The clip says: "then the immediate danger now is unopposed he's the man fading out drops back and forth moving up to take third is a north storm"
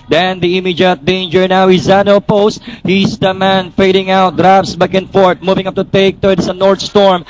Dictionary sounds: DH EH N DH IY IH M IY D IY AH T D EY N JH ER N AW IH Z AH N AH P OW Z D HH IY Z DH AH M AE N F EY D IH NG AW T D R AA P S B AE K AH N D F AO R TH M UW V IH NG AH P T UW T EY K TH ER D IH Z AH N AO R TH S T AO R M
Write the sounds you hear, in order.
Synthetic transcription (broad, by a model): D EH N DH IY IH M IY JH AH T D EY N JH ER N AW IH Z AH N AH P OW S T HH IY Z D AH M AE N F EY D IH NG AW T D R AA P S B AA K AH N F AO R T M UW V IH NG AH P T UW T EY K T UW IH S AH N AO R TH S T AO R M